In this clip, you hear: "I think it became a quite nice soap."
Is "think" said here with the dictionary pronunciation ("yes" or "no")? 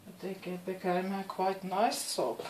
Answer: no